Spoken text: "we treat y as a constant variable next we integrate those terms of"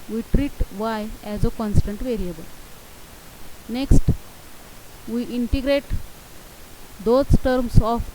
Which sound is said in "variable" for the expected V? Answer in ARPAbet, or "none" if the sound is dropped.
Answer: V